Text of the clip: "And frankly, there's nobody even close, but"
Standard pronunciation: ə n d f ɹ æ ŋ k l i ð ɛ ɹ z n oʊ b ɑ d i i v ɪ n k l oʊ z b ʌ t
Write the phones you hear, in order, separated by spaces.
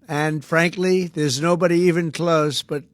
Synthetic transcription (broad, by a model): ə n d f ɹ æ ŋ k l i ð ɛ ɹ z n oʊ b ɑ d i i v ɪ n k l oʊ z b ʌ t